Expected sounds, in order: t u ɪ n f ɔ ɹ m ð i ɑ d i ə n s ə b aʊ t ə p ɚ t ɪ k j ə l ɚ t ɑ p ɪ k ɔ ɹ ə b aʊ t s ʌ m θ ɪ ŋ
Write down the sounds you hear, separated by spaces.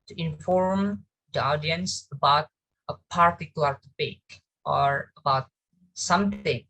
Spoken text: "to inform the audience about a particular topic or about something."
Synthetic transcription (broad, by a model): t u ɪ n f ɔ ɹ m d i ɑ d i ə n s ə b aʊ t ə p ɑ t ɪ k j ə l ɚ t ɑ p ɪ k ɔ ɹ ə b aʊ t s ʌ m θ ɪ ŋ